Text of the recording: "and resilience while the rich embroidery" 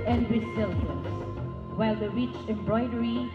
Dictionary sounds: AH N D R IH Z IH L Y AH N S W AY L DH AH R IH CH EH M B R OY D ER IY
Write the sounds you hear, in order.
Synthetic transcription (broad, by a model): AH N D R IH S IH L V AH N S W AY L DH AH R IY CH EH M B R OY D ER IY